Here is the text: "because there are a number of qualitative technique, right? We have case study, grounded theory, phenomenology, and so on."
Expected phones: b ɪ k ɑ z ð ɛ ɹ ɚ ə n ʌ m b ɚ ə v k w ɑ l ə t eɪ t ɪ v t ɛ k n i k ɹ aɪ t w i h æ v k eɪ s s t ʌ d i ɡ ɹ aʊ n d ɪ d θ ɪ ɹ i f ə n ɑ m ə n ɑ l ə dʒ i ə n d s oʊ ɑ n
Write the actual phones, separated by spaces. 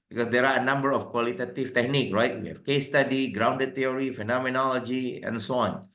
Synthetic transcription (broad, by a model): b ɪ k ɑ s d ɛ ɹ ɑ ə n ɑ m b ɚ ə f k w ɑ l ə t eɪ t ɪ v t ɛ k n i k ɹ aɪ t w i h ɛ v k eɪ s s t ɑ d i ɡ ɹ aʊ n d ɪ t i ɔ ɹ i f ə n ɑ m ə n ɑ l ə dʒ i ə n s oʊ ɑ n